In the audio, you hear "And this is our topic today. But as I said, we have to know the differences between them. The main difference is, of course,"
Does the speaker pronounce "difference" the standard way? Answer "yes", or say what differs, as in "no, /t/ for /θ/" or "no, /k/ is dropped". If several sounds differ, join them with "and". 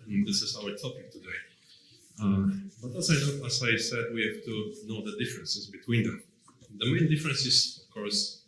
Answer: yes